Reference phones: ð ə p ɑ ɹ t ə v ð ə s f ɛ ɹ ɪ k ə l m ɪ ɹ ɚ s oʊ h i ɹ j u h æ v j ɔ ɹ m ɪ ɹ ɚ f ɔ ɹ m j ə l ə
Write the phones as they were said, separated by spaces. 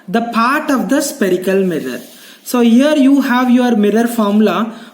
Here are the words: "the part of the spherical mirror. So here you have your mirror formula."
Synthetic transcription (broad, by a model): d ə p ɑ ɹ t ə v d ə s p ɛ ɹ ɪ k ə l m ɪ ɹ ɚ s oʊ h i ɹ j u h æ v j ɔ ɹ m ɪ ɹ ɚ f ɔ ɹ m l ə